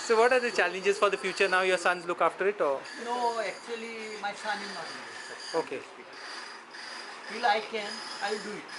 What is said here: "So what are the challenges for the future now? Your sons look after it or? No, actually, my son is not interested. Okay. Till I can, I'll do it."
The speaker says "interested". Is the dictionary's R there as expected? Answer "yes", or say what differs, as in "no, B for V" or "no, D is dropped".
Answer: no, R is dropped